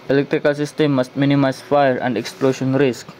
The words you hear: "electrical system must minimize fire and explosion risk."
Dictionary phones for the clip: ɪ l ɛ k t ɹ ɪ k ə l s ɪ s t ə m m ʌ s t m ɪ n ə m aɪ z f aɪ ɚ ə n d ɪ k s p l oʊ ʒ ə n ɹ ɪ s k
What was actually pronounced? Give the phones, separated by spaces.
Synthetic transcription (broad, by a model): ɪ l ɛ k t ɹ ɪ k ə l s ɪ s t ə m m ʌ s t m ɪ n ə m aɪ s f aɪ ɚ ə n d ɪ k s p l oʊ ʃ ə n ɹ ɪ s k